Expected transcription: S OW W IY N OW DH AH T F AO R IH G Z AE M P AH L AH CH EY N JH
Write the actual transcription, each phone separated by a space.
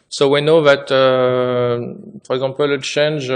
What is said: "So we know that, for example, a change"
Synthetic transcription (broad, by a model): S OW W IY N OW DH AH T P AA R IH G Z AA P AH L AH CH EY N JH